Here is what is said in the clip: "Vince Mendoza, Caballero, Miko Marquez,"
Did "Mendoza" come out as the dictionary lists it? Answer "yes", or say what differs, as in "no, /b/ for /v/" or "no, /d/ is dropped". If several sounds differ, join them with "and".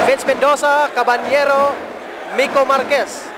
no, /s/ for /z/